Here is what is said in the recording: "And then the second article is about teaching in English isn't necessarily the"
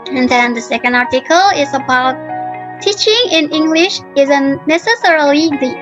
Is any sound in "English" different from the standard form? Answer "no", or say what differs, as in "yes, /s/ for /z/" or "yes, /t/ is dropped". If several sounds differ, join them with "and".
no